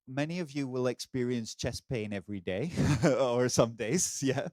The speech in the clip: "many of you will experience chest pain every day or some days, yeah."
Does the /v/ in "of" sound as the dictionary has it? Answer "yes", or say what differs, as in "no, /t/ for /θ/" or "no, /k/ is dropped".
yes